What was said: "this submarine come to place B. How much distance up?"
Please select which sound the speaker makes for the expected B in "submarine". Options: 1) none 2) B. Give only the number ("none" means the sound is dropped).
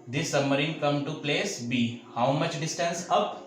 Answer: 1